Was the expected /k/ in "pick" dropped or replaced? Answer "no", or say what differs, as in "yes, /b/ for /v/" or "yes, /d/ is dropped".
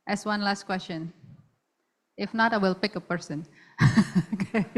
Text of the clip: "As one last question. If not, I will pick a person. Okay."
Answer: no